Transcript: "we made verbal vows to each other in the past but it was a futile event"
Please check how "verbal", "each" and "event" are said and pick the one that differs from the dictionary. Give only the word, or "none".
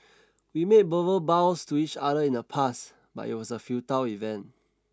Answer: verbal